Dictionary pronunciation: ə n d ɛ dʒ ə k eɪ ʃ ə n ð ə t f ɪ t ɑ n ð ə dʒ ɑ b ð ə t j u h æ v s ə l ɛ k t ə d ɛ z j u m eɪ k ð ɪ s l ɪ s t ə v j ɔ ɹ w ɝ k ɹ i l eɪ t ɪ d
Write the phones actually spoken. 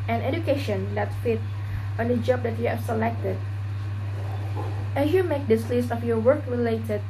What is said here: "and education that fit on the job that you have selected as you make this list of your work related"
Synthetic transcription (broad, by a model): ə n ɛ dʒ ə k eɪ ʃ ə n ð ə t f ɪ t ɑ n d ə dʒ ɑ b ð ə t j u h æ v s ə l ɛ k t ə d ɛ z j u m eɪ k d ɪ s l ɪ s t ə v j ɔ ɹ w ɝ k ɹ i l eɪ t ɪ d